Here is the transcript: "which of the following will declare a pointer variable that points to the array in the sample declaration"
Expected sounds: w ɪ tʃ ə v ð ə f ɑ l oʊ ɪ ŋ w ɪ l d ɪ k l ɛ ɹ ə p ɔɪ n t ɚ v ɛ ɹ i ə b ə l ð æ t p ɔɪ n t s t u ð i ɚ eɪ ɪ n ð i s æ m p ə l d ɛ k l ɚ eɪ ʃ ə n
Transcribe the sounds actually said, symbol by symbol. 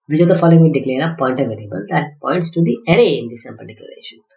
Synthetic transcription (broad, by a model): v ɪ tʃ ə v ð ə f ɑ l oʊ ɪ ŋ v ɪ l d ɪ k l ɛ ɹ ə p ɔɪ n t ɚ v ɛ l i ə b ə l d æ t p ɔɪ n t s t u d i ɚ eɪ ɪ n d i s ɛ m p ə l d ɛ k l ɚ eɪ ʃ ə n